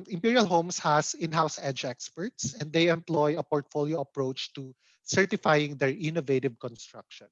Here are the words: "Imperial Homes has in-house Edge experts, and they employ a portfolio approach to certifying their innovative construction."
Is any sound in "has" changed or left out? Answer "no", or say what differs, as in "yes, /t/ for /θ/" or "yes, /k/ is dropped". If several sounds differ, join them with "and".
yes, /s/ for /z/